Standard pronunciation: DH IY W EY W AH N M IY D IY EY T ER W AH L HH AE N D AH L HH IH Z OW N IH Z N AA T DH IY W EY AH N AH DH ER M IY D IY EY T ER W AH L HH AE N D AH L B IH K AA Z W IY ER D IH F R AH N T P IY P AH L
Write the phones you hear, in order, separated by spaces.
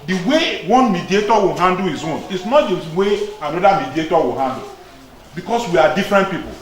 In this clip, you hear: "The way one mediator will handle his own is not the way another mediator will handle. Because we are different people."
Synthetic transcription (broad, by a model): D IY W EY W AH N M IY D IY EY T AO W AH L HH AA N D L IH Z OW N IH S N AA T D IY W EY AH N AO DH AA M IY D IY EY T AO W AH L HH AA N D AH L B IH K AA S W IY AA D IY F R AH N T P IY P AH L